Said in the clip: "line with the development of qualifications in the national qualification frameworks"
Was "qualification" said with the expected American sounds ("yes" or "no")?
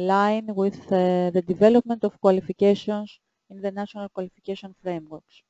no